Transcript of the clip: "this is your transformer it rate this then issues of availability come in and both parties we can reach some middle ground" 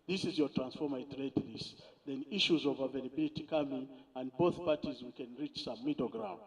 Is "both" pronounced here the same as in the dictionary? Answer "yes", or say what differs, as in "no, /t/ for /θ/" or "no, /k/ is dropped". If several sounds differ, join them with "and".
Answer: yes